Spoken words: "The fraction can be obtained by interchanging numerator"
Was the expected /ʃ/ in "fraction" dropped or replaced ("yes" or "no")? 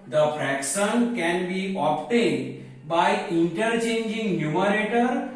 yes